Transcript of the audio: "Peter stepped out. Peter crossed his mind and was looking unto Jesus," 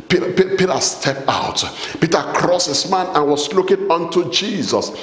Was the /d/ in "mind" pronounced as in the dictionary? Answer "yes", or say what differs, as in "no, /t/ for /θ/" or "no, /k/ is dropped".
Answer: no, /d/ is dropped